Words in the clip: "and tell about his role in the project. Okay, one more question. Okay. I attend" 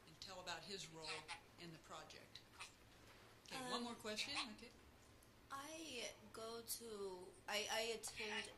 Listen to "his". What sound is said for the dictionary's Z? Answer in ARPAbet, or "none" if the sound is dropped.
Z